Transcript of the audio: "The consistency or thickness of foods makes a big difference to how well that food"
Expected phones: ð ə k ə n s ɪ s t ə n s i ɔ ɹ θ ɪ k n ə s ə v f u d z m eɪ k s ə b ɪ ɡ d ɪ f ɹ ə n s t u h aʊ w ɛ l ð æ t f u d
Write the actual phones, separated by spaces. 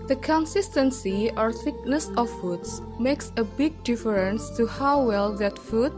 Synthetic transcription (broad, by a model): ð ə k ə n s ɪ s t ə n s i ɔ ɹ θ ɪ k n ə s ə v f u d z m eɪ k s ə b ɪ ɡ d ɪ f ɹ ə n s t u h aʊ w ɛ l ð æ t f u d